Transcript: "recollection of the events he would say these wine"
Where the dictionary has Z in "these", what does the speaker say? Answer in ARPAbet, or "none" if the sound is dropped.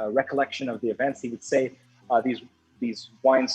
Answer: Z